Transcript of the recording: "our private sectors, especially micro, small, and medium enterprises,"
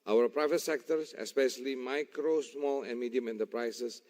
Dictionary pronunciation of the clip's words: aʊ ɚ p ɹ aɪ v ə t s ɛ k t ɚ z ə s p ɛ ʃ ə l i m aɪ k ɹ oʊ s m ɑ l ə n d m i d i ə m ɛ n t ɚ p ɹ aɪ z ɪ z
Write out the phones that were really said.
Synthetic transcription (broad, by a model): aʊ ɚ p ɹ aɪ v ə t s ɛ k t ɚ s ə s p ɛ ʃ ə l i m aɪ k ɹ oʊ s m ɑ l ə n m i d i ə m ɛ n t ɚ p ɹ aɪ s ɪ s